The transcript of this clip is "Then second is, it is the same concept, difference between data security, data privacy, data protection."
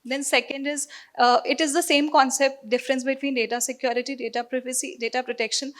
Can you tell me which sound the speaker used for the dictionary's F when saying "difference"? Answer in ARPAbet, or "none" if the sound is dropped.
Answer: F